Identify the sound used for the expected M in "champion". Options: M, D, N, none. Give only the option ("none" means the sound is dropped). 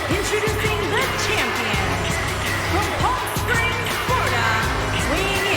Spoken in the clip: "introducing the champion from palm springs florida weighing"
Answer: M